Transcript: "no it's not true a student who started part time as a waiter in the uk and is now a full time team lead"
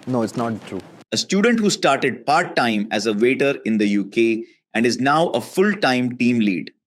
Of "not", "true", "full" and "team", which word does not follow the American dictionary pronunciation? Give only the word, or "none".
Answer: none